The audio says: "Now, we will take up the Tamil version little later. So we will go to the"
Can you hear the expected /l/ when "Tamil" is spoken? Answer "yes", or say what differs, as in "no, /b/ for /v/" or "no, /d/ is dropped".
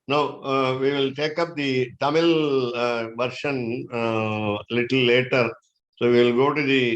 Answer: yes